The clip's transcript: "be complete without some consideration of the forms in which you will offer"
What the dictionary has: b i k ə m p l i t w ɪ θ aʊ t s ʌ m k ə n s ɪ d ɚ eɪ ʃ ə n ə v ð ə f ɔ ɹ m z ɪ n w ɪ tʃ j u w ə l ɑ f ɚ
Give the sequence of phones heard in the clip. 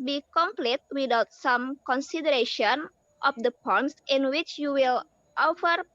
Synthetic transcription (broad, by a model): b i k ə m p l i t w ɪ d aʊ t s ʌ m k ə n s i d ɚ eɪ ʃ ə n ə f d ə p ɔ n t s ɪ n w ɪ tʃ j u w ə l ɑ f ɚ